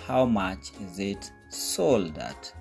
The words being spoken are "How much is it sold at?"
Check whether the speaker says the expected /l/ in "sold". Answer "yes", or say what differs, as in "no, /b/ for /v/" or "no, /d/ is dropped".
yes